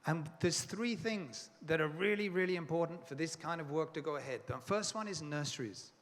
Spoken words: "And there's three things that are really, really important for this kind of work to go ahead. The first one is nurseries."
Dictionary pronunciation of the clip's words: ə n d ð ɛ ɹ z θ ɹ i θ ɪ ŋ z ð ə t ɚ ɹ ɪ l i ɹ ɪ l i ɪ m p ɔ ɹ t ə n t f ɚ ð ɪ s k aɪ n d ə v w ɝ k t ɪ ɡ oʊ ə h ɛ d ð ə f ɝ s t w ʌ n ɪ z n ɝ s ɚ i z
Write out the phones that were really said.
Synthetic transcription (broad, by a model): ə n ð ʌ ɹ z θ ɹ i θ ɪ ŋ z ð ə t ɚ ɹ ɪ l i ɹ ɪ l i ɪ m p ɔ ɹ t n t f ɚ ð ɪ s k aɪ n d ə v w ɝ k t ɪ ɡ oʊ ə h ɛ d ð ə f ɝ s t w ʌ n ɪ z n ɝ s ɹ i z